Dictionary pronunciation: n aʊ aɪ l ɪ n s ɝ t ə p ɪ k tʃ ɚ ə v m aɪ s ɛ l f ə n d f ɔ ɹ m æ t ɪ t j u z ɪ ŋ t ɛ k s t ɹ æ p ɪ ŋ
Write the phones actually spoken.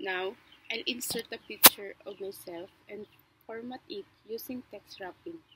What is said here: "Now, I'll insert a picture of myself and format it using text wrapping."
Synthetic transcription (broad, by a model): n aʊ aɪ l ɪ n s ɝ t ə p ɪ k tʃ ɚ ə v m aɪ s ɛ l f ə n d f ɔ ɹ m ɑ t ɪ t j u s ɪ ŋ t ɛ k s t ɹ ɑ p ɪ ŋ